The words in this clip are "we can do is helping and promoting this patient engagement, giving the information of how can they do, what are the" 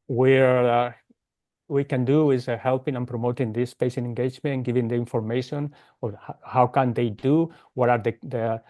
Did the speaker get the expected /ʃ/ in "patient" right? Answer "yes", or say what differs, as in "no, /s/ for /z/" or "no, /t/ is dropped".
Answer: no, /s/ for /ʃ/